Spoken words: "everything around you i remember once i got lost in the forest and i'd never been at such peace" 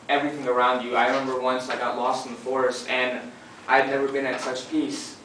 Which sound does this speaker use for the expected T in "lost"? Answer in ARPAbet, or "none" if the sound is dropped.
T